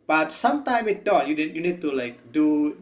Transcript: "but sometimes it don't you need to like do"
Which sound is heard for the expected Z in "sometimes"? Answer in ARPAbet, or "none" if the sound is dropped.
none